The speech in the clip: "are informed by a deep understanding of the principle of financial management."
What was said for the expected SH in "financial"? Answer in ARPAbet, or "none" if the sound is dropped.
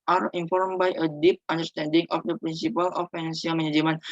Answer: S